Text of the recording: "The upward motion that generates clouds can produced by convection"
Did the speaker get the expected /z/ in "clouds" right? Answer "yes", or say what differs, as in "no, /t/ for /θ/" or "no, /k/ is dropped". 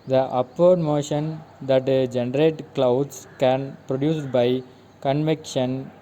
no, /s/ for /z/